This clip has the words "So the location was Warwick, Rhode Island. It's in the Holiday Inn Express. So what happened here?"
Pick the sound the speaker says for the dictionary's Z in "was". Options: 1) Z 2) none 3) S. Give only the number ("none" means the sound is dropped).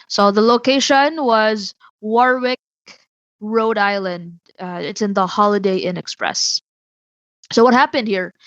1